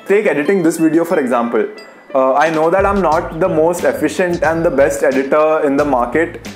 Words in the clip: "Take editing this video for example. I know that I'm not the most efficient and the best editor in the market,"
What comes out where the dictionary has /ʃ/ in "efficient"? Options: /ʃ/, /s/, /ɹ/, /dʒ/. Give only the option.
/ʃ/